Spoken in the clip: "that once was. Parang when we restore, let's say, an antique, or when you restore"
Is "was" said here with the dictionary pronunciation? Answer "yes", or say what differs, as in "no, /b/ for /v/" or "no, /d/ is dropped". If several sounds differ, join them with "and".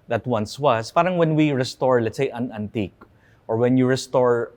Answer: no, /s/ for /z/